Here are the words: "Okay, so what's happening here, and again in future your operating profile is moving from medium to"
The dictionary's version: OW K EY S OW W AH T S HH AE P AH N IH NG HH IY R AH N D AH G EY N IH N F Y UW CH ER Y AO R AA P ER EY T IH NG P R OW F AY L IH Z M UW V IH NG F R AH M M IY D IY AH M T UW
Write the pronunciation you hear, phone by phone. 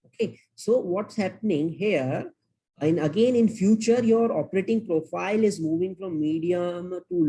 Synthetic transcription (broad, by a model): OW K EY S OW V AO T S HH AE P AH N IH NG HH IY R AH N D AH G EY N IH N F Y UW CH ER Y AO R AA P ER EY T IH NG P R OW F AY L IH Z M UW V IH NG F R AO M M IY D IY AH M T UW